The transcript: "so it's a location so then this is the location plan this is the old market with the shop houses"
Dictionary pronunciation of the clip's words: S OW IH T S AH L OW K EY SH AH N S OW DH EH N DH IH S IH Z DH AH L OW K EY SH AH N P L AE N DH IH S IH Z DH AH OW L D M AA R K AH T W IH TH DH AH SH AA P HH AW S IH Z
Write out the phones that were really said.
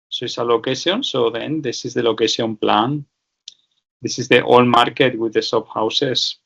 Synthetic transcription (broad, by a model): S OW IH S AH L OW K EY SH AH N S OW DH EH N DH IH S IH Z DH AH L OW K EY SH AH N P L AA N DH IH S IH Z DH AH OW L M AA R K AH T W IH DH AH S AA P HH AW S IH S